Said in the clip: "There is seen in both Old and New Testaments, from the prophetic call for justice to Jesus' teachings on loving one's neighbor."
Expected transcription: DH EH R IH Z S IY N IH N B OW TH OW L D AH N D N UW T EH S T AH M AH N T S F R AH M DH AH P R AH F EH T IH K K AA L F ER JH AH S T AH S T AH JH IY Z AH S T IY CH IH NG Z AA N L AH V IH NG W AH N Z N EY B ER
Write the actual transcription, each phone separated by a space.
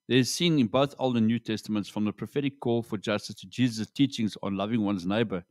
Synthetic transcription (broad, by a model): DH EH IH Z S IY N IH N B OW TH OW L D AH N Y UW T EH S T AH M AH N T S F R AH M DH AH P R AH F EH T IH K K AA L F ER JH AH S T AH S T AH JH IY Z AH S T IY CH IH NG Z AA N L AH V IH NG W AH N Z N EY B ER